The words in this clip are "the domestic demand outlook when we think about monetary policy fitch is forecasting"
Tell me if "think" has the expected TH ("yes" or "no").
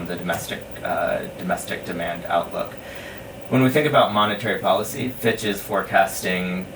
yes